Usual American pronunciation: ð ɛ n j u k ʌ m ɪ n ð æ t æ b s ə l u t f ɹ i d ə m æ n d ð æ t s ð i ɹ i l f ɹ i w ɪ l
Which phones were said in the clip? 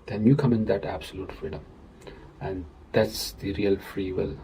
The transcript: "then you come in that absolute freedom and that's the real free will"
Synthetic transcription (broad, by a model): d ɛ n j u k ʌ m ɪ n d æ t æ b s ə l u t f ɹ i d ə m æ n d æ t s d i ɹ i l f ɹ i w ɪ l